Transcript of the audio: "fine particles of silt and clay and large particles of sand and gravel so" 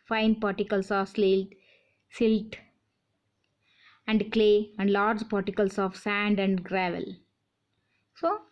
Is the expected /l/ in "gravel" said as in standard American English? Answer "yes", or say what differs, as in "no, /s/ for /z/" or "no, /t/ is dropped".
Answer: yes